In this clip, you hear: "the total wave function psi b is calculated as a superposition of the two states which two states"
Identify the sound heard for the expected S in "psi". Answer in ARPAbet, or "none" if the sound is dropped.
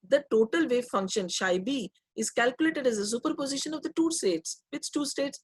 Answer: SH